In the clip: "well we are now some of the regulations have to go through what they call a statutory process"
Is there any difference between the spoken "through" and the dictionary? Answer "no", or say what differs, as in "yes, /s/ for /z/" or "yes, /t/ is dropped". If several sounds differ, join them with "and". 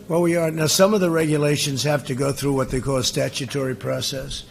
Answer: no